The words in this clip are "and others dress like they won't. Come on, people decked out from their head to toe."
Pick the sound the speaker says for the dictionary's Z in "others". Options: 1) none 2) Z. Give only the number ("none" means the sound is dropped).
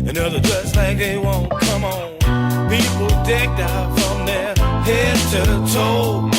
1